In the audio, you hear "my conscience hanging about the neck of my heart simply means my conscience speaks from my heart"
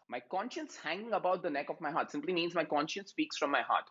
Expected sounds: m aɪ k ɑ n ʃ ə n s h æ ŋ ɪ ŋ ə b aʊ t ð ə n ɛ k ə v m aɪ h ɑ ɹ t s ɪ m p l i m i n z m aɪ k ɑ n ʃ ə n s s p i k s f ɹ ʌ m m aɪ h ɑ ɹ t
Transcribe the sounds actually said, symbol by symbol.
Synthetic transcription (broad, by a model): m aɪ k ɑ n ʃ ə n s h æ ŋ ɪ ŋ ə b aʊ t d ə n ɛ k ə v m aɪ h ɑ ɹ t s ɪ m p l i m i n z m aɪ k ɑ n ʃ ə n s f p i k s f ɹ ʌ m m aɪ h ɑ ɹ t